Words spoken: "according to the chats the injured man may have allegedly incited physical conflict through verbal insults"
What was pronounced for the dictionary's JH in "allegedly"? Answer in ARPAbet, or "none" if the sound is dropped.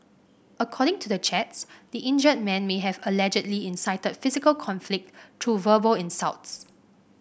JH